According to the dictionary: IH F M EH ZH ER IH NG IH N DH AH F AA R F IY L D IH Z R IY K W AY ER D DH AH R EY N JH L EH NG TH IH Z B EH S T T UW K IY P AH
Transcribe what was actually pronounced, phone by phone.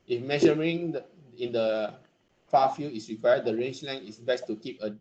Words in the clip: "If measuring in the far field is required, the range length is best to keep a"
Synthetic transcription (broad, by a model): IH F M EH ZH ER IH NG IH N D AH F AA F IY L IH S R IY K W AY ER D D AH R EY N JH L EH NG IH S B EH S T T UW K IY P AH